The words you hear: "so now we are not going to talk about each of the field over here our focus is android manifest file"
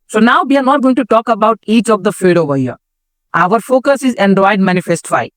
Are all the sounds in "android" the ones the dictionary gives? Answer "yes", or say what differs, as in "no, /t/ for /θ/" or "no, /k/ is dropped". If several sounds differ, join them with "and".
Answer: no, /ɹ/ is dropped